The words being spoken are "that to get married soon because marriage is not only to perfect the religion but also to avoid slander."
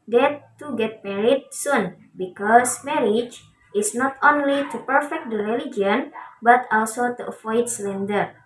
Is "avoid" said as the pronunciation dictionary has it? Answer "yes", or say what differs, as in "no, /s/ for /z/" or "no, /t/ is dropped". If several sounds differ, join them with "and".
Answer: no, /f/ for /v/